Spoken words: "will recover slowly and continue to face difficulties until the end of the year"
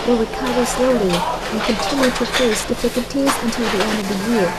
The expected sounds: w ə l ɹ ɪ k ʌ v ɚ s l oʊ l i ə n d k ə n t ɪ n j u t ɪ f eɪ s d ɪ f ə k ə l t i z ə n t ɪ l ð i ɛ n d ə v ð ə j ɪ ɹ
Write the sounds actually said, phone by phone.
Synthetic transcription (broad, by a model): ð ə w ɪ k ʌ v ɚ s l oʊ l i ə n k ə n t ɪ n j u t ɪ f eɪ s d ɪ f ə k ə l t i z ə n t ɪ l ð i ɛ n d ə v ð ə j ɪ ɹ